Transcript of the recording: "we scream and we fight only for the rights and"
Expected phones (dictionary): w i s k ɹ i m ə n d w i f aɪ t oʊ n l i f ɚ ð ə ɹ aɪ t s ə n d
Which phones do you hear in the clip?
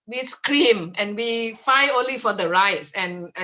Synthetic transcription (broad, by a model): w i s k ɹ i m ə n w i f aɪ oʊ n l i f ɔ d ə ɹ aɪ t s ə n